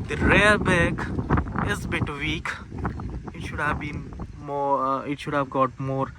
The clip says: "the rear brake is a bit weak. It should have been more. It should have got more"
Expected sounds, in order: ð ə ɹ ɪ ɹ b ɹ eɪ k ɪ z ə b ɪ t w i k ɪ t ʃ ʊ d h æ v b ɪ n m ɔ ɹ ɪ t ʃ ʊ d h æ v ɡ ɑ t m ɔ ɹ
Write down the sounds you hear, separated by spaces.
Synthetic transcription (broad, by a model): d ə ɹ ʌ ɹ b eɪ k ɪ z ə b ɪ t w i k ɪ t ʃ ʊ d h æ v b ɪ n m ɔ ɪ t ʃ ʊ d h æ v ɡ ɑ t m ɔ ɹ